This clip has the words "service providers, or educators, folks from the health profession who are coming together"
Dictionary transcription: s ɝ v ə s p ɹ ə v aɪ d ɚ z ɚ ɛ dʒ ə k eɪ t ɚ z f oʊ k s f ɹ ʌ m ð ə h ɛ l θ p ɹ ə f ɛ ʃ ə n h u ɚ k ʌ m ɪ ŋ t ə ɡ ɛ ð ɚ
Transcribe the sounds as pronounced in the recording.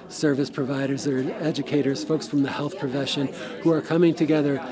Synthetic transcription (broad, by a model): s ɝ v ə s p ɹ ə v aɪ d ɚ z ɚ ɛ dʒ ə k eɪ t ɚ z f oʊ k s f ɹ ʌ m ð ə h ɛ l θ p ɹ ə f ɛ ʃ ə n h u ɚ k ʌ m ɪ ŋ t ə ɡ ɛ ð ɚ